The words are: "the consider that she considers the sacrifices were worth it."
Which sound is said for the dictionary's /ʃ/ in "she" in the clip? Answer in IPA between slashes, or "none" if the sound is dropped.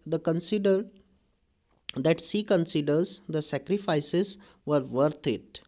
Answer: /s/